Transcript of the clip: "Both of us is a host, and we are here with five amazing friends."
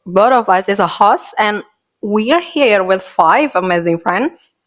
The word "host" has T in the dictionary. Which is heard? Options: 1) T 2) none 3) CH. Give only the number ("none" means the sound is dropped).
2